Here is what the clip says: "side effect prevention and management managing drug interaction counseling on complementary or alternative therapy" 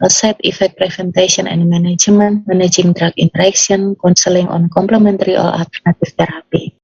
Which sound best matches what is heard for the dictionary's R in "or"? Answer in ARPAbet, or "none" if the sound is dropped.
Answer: L